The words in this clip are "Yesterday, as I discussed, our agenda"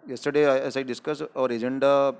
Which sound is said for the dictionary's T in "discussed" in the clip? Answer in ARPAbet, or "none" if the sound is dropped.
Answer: none